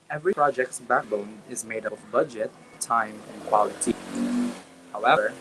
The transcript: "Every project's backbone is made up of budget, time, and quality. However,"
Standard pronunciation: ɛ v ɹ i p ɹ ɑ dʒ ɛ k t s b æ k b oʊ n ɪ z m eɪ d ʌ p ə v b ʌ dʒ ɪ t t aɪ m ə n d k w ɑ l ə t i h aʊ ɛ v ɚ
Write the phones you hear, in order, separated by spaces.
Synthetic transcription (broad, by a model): ɛ v ɹ i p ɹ ɑ dʒ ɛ k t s b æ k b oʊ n ɪ z m eɪ d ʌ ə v b ʌ dʒ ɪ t t aɪ m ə n k w ɑ l ə t i h aʊ ɛ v ɚ